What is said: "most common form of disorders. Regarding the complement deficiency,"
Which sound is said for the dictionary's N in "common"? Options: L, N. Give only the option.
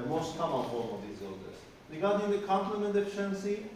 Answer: L